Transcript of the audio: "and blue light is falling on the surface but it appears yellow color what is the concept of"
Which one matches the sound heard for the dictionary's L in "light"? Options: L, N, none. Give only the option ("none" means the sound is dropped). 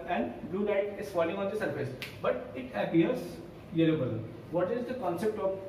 N